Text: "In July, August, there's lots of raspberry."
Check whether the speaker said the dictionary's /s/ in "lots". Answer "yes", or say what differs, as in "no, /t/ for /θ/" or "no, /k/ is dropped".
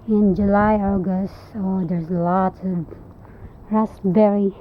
no, /s/ is dropped